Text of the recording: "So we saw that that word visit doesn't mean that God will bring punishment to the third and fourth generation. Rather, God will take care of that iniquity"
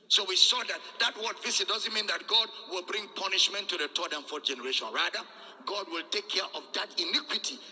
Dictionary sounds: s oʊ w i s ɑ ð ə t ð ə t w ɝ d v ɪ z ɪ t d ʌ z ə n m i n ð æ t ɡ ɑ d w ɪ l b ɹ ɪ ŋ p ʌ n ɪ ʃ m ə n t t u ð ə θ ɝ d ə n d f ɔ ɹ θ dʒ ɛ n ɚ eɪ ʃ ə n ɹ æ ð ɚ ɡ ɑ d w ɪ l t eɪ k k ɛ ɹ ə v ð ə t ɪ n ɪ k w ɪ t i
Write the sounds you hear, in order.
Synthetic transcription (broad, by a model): s oʊ w i s ɑ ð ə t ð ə t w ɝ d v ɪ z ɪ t d ʌ z ə n m i n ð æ t ɡ ɑ d w ɪ l b ɹ ɪ ŋ p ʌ n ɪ ʃ m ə n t t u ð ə t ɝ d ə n f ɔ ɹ dʒ ɛ n ɚ eɪ ʃ ə n ɹ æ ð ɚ ɡ ɑ d w ɪ l t eɪ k k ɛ ɹ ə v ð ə t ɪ n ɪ k w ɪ t i